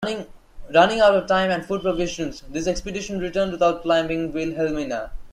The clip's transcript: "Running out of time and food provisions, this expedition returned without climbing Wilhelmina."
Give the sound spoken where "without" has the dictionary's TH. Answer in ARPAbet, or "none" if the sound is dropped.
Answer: T